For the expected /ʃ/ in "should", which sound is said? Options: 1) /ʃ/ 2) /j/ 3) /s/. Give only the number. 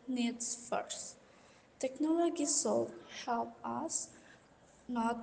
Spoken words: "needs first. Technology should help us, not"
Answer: 3